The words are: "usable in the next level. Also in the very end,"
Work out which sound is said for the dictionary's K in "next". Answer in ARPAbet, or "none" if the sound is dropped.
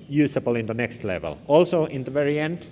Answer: K